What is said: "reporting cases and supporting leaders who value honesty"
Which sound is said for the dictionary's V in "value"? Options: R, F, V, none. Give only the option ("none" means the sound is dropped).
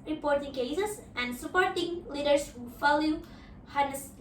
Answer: F